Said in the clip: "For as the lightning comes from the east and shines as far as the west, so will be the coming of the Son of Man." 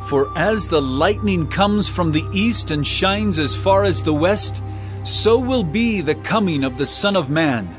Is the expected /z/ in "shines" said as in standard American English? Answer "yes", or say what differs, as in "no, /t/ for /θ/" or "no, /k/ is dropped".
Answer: yes